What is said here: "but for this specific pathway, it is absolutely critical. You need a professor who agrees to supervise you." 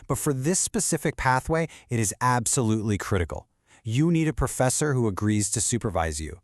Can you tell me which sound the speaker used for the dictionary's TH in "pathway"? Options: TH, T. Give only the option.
TH